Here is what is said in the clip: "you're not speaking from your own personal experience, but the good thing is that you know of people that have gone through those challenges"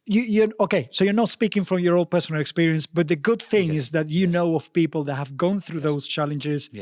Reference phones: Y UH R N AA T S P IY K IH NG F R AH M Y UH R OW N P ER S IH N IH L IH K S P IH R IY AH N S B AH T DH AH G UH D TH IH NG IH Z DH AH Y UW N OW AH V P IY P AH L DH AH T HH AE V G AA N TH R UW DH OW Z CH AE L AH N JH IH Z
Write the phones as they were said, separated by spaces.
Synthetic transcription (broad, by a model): Y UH R N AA T S P IY K IH NG F R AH M Y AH R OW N P ER S IH N IH L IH K S P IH R IY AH N S B AH T DH AH G UH D TH IH NG IH Z DH AH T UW N OW AH V P IY P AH L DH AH T HH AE V G AA N TH R UW DH OW Z CH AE L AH N JH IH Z